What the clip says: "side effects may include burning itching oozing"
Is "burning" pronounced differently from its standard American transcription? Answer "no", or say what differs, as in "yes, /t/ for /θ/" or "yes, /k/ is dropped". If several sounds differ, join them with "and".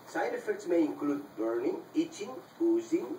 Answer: no